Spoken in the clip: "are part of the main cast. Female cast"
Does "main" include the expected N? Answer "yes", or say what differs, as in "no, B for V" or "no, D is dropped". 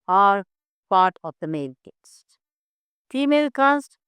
no, L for N